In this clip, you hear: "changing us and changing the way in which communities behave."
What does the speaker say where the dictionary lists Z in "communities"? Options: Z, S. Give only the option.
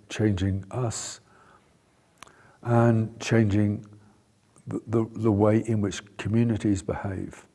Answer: Z